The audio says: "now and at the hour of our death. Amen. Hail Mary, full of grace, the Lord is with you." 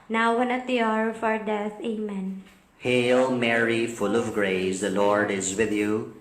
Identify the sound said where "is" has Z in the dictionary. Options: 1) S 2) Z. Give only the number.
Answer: 2